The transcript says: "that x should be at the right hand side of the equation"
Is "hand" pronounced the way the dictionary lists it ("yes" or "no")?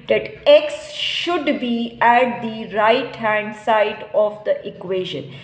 yes